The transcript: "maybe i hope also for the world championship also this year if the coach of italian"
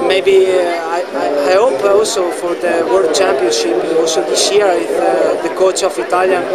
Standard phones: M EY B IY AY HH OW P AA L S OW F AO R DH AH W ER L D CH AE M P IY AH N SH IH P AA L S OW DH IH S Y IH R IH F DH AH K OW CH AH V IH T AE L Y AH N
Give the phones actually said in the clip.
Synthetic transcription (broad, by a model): M EY B IY AY HH OW P AA L S OW F AO R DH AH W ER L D CH AE M P IY AH N SH IH P AA L S OW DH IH S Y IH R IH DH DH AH K OW CH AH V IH T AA L Y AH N